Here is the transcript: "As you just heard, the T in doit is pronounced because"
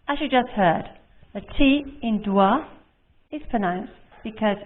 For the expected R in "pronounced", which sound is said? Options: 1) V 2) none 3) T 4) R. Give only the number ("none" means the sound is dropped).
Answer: 2